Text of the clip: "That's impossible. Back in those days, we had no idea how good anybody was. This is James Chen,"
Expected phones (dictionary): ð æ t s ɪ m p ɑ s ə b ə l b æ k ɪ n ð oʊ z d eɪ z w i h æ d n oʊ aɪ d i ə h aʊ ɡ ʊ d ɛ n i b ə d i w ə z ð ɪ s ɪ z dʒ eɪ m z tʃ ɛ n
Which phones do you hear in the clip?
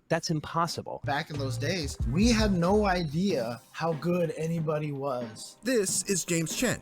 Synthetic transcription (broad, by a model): ð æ t s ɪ m p ɑ s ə b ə l b æ k ɪ n ð oʊ z d eɪ z w i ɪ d n oʊ aɪ d i ə h aʊ ɡ ʊ d ɛ n i b ə d i w ə z ð ɪ s ɪ z dʒ eɪ m z tʃ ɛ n